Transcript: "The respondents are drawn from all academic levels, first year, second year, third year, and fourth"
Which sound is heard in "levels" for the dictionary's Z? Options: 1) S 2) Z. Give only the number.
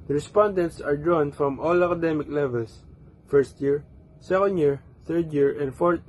1